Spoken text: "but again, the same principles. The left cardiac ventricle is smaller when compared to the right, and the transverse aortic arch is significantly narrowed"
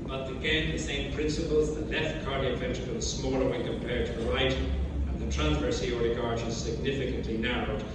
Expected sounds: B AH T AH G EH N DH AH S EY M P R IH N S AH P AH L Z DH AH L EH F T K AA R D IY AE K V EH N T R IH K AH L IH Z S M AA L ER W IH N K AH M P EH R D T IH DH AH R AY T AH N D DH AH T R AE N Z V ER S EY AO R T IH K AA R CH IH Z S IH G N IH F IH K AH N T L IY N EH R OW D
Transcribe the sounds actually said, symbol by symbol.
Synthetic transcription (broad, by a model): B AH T AH G EH N DH AH S EY M P R IH N S AH P AH L Z DH AH L EH F T K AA R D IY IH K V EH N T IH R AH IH S M AA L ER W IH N K AH M P EH R D T IH DH AH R AY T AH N DH AH T R AE N Z V ER S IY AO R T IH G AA R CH IH Z S IH G N IH F IH K AH N T L IY N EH R OW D